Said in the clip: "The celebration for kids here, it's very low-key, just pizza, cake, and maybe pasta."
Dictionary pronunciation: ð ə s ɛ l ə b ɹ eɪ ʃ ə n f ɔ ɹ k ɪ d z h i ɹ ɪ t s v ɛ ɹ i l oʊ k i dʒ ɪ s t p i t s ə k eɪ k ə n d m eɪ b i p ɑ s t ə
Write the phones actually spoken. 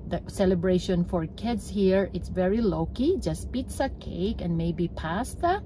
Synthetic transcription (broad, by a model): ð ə s ɛ l ə b ɹ eɪ ʃ ə n f ɔ ɹ k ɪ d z h i ɹ ɪ t s v ɛ ɹ i l oʊ k i dʒ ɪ s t p i t s ə k eɪ k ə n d m eɪ b i p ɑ s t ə